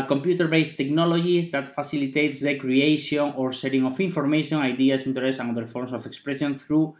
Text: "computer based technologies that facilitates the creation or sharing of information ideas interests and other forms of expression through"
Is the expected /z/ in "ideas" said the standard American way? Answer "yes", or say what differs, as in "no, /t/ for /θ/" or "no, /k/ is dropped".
no, /s/ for /z/